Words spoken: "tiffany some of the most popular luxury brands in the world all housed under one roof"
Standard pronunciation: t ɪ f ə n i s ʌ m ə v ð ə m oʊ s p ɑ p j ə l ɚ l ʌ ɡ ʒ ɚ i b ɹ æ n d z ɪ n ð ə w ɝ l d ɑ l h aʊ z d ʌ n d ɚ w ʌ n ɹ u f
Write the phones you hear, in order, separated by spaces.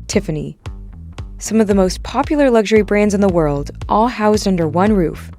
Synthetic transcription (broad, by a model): t ɪ f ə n i s ʌ m ə v ð ə m oʊ s p ɑ p j l ɚ l ʌ ɡ ʒ ɚ i b ɹ æ n d z ɪ n ð ə w ɝ l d ɑ l h aʊ z d ʌ n d ɚ w ʌ n ɹ u f